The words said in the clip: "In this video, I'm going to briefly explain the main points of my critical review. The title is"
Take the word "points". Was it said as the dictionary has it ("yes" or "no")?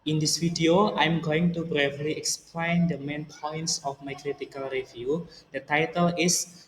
yes